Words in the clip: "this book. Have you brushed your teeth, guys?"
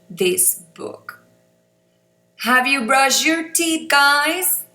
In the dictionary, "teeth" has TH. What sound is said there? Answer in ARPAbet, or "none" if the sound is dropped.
T